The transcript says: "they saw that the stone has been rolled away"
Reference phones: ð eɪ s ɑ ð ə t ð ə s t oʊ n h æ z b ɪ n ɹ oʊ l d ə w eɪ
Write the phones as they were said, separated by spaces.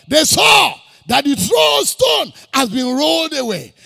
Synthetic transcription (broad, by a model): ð eɪ s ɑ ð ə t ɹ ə s t oʊ n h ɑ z b ɪ n ɹ oʊ l d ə w eɪ